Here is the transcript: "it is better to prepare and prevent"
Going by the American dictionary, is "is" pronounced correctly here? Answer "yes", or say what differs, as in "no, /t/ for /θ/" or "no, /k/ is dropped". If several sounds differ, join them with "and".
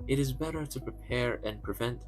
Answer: yes